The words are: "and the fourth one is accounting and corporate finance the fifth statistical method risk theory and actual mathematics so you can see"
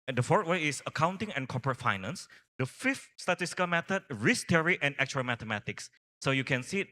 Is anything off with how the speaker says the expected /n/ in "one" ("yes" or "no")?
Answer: yes